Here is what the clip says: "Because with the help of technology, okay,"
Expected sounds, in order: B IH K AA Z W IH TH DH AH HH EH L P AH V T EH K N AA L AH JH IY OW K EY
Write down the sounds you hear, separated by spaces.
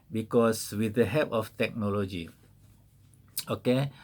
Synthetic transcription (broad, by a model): B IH K AA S W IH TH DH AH HH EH P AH F T EH K N AA L AH JH IY OW K EY